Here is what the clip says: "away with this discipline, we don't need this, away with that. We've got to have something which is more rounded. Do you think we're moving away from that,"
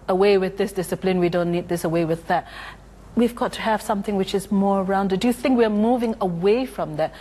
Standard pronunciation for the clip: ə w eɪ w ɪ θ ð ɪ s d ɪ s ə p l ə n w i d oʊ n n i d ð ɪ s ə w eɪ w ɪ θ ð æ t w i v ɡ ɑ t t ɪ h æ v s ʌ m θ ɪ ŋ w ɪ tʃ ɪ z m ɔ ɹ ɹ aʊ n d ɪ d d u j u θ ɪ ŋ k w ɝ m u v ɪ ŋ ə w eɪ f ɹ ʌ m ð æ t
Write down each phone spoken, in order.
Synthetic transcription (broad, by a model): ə w eɪ w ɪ ð ɪ s d ɪ s ə p l ə n w i d oʊ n n i d ð ɪ s ə w eɪ w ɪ ð æ t w i v ɡ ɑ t t ɪ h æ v s ʌ m θ ɪ ŋ w ɪ tʃ ɪ z m ɔ ɹ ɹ aʊ n d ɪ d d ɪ j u θ ɪ ŋ k w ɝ m u v ɪ ŋ ə w eɪ f ɹ ʌ m ð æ t